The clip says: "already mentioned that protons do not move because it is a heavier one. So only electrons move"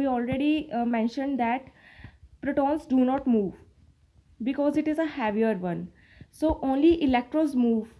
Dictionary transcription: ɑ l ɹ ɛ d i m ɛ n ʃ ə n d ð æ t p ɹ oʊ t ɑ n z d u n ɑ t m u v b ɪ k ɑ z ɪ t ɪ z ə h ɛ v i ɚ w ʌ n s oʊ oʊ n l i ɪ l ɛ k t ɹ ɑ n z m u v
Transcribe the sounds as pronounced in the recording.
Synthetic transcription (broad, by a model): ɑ l ɹ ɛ d i m ɛ n ʃ ə n d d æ t p ɹ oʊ t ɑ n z d u n ɑ t m u v b ɪ k ɑ z ɪ t ɪ z ə h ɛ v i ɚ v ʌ n s oʊ oʊ n l i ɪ l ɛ k t ɹ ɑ z m u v